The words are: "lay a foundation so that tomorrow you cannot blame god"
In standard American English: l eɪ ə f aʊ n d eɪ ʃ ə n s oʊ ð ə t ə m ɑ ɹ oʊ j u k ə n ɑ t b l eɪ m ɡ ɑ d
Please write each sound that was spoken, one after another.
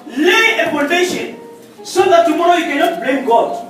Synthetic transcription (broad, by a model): l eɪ ə p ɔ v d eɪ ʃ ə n s oʊ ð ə t ə m ɑ ɹ oʊ j u k ə n ɑ t b l eɪ m ɡ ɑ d